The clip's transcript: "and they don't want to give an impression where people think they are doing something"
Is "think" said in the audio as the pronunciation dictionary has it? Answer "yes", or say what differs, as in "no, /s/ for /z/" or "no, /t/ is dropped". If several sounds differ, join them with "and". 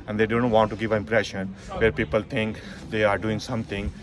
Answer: no, /t/ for /θ/